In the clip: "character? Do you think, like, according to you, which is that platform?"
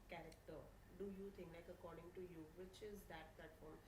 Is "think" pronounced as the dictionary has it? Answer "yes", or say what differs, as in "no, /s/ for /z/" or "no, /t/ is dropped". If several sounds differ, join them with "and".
no, /t/ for /θ/